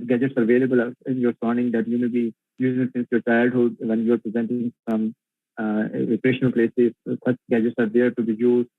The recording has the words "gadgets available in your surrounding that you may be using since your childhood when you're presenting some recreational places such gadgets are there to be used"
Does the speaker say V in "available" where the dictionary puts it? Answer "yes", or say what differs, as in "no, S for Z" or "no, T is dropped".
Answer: yes